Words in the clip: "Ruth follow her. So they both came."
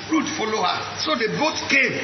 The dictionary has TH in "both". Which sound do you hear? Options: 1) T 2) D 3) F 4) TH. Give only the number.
1